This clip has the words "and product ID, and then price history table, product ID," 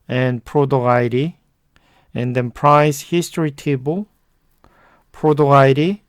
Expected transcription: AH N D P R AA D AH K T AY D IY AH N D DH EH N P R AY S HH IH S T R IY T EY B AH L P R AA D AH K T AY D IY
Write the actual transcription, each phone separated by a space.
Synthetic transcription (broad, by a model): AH N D P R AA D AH AY D IY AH N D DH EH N P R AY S HH IH S T R IY T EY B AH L P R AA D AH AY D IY